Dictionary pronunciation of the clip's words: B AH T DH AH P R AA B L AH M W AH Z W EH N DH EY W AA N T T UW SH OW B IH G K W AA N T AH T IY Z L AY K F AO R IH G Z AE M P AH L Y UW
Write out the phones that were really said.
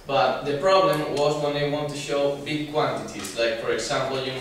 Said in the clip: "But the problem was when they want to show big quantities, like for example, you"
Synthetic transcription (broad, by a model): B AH T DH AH P R AA B L AH M W AH Z W EH N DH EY W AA N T T UW SH OW B IH G K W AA N T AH T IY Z L AY K F AO R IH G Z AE M P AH L Y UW